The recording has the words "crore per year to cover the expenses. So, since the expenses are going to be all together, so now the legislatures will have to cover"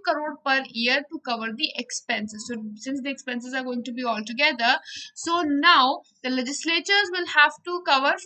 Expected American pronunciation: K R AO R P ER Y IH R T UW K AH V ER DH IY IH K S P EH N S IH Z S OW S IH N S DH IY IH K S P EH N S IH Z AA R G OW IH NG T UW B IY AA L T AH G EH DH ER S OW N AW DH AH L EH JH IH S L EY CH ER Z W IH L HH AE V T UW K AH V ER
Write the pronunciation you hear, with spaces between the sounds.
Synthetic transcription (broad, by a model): K R AO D P ER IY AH R T UW K AH V ER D IY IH K S P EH N S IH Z S OW S IH N S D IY IH K S P EH N S IH Z AA R G OW IH NG T UW B IY AA L T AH G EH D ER S OW N AW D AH L EH JH IH S L EY CH ER Z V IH L HH AE V T UW K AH V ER